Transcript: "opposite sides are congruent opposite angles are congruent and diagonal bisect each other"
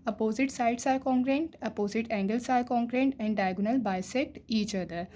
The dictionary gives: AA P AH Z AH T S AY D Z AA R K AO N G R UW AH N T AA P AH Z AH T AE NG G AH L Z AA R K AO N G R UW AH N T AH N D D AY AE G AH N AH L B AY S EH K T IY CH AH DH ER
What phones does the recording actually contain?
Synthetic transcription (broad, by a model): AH P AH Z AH T S AY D S AA R K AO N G R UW N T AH P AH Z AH T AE NG G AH L S AA R K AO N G R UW N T AH N D D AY G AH N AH L B AY S EH K T IY CH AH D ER